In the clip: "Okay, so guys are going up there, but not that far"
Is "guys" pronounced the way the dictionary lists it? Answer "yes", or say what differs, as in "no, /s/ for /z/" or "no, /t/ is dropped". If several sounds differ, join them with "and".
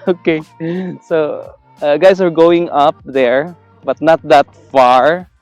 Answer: no, /s/ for /z/